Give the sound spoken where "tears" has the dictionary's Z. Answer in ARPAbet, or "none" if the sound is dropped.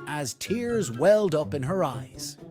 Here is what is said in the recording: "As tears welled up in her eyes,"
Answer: Z